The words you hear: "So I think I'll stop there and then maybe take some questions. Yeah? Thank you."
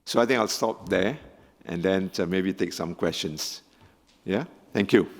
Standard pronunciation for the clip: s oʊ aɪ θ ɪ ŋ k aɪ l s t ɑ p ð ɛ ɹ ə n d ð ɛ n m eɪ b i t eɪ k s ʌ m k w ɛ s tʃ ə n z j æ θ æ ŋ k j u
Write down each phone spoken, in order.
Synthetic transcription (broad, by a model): s oʊ aɪ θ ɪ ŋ aɪ l s t ɑ p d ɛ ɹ ə n d ɛ n m eɪ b i t eɪ k s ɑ m k w ɛ s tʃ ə n s j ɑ t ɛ ŋ k j u